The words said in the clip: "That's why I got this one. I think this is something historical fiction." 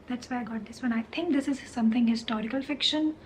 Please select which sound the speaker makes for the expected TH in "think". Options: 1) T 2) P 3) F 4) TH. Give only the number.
1